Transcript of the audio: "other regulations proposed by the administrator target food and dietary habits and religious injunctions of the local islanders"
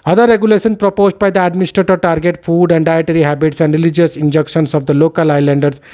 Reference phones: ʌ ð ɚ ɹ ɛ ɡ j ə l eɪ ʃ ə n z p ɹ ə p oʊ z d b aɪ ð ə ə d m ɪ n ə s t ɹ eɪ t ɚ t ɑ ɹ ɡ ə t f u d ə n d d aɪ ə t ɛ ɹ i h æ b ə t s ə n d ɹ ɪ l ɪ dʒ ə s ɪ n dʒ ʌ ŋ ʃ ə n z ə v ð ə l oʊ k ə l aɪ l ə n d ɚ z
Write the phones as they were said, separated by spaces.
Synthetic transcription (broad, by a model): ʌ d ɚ ɹ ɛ ɡ j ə l eɪ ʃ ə n p ɹ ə p oʊ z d b aɪ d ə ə d m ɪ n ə s t ɹ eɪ t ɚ t ɑ ɹ ɡ ə t f u d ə n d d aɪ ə t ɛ ɹ i h æ b ə t s ə n d ɹ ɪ l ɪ dʒ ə s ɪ n dʒ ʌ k ʃ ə n s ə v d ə l oʊ k ə l aɪ l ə n d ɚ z